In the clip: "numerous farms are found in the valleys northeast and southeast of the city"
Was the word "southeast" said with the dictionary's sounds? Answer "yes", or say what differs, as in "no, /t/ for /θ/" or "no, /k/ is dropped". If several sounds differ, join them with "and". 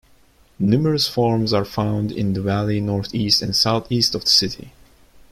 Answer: yes